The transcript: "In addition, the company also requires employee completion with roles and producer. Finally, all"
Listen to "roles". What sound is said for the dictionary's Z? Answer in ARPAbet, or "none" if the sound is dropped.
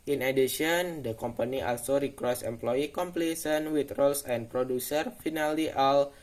S